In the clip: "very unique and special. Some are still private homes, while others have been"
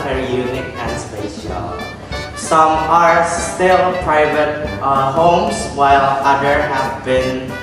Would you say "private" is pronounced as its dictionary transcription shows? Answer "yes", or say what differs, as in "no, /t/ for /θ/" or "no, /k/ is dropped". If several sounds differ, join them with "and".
yes